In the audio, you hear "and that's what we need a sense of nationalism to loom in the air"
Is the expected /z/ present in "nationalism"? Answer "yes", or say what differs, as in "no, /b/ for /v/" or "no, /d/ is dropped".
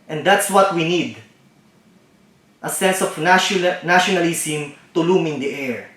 no, /s/ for /z/